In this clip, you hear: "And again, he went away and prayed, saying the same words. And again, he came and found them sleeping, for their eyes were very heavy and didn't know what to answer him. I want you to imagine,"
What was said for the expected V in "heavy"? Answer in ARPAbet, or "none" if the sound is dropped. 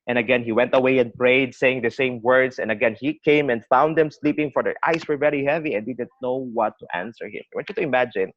V